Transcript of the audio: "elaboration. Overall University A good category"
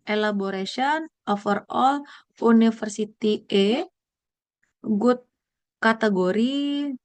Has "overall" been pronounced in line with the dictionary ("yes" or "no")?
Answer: no